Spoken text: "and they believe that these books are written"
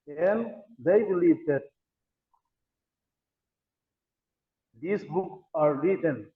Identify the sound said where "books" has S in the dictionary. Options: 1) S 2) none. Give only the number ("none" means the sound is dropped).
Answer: 2